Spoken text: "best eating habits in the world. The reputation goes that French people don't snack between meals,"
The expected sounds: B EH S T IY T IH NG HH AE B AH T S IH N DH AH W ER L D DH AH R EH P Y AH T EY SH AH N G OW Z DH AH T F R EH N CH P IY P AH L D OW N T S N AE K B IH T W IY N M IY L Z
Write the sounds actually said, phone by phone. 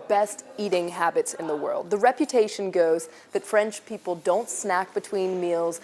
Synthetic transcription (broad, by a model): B EH S T IY T IH NG HH AE B AH T S IH N DH AH W ER L D DH AH R EH P Y AH T EY SH AH N G OW Z DH AH T F R EH N CH P IY P L D OW N T S N AE K B IH T W IY N M IY L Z